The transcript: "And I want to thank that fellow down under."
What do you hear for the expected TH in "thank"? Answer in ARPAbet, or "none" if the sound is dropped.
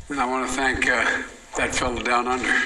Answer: TH